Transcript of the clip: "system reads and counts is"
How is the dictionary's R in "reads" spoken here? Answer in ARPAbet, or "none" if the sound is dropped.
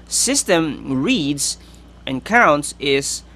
R